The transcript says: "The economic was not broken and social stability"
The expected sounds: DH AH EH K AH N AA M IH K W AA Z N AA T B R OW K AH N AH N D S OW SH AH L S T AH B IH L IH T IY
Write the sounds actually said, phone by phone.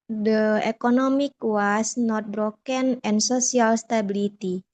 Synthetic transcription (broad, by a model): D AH EH K AH N AA M IH K W AA S N AA T B R OW K AH N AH N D S OW S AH L S T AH B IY L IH T IY